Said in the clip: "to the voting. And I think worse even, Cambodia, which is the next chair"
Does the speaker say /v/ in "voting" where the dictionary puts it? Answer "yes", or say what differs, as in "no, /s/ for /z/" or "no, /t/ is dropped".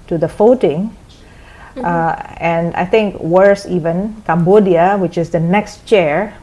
no, /f/ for /v/